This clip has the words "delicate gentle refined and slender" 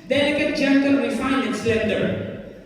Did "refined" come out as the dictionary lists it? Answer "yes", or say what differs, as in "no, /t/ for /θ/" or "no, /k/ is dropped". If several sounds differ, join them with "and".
no, /d/ is dropped